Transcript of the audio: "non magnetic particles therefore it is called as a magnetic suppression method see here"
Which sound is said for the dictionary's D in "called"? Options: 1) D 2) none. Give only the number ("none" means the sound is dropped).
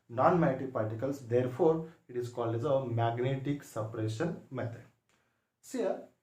2